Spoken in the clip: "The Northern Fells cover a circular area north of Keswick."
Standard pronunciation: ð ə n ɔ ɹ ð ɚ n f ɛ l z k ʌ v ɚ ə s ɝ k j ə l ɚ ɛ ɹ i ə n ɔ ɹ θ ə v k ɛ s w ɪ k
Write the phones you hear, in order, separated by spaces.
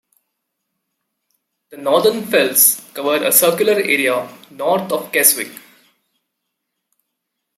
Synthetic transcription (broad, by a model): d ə n ɔ ɹ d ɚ n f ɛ l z k ʌ v ɚ ə s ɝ k j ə l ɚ ɛ ɹ i ə n ɔ ɹ t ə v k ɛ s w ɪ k